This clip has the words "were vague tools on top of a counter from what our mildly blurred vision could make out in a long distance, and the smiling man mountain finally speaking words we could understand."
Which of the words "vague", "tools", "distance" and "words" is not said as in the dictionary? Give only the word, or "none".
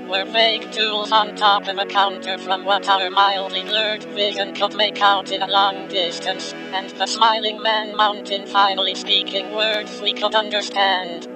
none